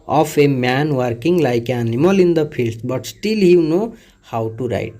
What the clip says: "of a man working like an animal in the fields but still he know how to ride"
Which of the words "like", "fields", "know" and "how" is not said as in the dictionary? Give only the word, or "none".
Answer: fields